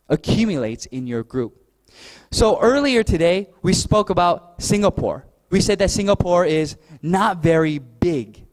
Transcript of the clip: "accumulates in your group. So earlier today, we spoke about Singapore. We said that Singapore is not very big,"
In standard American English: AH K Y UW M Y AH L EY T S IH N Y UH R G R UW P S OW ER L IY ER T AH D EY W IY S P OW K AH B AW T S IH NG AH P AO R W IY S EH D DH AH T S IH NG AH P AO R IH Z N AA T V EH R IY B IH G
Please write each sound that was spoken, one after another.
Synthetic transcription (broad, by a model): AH K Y UW M Y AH L EY T S IH N Y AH R G R UW P S OW ER L IY ER T AH D EY W IY S P OW K AH B AW T S IH NG AH P AO R W IY S EH D DH AH T S IH NG AH P AO R IH Z N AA T V EH R IY B IH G